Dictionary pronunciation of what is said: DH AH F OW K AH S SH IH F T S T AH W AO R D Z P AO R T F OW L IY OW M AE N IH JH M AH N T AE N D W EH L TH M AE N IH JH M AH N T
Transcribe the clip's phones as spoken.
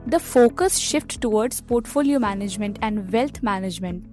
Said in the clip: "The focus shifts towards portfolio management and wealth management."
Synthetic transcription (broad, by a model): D AH F OW K AH S SH IH F T T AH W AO R D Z P AO R T F OW L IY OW M AE N IH JH M AH N T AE N D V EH L T M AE N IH JH M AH N T